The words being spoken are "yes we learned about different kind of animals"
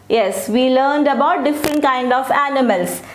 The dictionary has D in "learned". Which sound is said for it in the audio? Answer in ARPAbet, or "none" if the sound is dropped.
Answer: D